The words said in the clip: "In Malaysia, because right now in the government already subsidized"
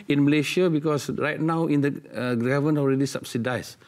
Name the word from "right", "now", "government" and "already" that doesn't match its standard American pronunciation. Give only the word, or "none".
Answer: government